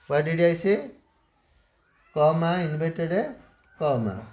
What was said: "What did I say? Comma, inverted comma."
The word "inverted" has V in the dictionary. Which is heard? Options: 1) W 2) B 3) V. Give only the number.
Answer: 2